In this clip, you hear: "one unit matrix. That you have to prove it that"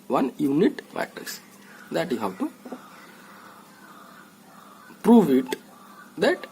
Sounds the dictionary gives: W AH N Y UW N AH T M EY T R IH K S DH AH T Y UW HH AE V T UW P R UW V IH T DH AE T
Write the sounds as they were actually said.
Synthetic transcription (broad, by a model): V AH N Y UW N AH T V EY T IH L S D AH T Y UW HH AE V T UW P R UW V IH T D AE T